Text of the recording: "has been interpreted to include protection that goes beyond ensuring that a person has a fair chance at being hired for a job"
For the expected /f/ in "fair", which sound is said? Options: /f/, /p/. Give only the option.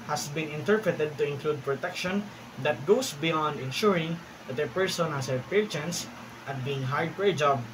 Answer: /p/